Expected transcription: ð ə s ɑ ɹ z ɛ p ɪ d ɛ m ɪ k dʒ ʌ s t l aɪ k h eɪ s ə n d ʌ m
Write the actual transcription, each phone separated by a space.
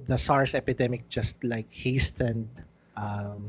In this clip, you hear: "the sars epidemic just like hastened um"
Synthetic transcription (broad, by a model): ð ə s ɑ ɹ s ɛ p ɪ d ɛ m ɪ k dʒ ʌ s t l aɪ k h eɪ s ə n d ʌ m